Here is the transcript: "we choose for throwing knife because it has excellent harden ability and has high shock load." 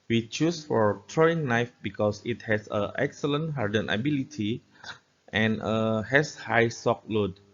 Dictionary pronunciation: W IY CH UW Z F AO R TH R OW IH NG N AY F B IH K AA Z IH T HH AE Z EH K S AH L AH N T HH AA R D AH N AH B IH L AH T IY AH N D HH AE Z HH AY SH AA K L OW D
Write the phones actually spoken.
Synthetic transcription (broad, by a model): W IY CH UW S F AO R T R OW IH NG N AY F B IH K AA S IH T HH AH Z EH K S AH L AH N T HH AA R D AH N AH B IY L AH T IY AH N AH HH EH S HH AY S AA K L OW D